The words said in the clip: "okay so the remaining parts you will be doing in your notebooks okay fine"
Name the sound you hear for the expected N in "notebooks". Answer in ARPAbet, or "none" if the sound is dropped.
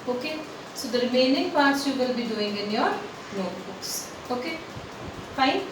L